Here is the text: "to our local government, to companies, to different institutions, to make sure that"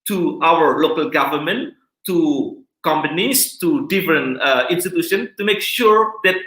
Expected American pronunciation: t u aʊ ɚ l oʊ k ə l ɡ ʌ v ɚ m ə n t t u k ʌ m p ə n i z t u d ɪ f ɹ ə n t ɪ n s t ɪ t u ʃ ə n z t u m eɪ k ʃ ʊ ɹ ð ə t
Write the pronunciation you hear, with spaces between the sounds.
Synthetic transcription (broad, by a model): t u aʊ ɚ l oʊ k ə l ɡ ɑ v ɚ m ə n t t u k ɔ m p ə n i s t u d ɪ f ɹ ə n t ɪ n s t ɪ t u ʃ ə n s t u m eɪ k ʃ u ɹ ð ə t